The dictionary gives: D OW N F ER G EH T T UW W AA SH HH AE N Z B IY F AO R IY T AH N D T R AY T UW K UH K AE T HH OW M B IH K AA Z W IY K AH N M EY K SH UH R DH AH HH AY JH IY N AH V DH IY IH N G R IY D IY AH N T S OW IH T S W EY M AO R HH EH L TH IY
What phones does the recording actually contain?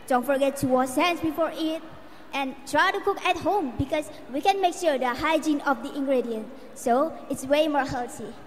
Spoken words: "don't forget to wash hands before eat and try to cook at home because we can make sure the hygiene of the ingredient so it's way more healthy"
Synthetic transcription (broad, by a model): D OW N F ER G EH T T UW W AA S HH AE N S B IY F AO R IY T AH N T R AY T UW K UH K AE T HH OW M B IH K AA S W IY K AH N M EY K SH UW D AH HH AY JH IY N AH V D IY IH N G R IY D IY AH N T S OW IH T S W EY M AO R HH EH L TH IY